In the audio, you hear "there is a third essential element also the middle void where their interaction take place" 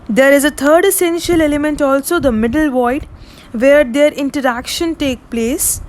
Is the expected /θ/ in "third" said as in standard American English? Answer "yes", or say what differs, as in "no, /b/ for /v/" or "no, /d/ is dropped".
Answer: no, /t/ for /θ/